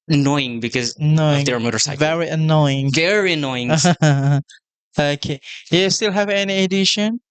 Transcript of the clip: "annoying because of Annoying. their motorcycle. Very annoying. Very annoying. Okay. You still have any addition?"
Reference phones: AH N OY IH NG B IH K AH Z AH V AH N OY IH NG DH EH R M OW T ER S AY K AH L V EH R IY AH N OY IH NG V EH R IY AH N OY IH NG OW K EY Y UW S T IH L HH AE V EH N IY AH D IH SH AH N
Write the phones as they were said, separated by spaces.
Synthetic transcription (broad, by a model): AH N OY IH NG B IH K AH Z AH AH N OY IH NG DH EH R M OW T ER S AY AH V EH R IY AH N OY IH NG V EH R IY AH N OY IH NG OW K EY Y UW S T IH L HH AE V EH N IY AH D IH SH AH N